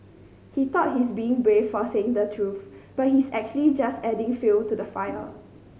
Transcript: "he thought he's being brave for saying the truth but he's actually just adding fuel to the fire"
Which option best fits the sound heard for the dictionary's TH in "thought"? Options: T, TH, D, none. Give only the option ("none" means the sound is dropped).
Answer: T